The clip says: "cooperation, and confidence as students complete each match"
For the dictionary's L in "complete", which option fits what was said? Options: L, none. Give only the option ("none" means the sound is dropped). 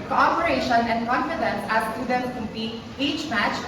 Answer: none